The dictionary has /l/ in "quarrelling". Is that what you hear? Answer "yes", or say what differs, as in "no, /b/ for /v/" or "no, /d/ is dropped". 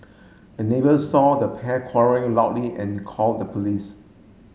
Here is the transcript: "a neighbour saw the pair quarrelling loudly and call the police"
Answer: no, /l/ is dropped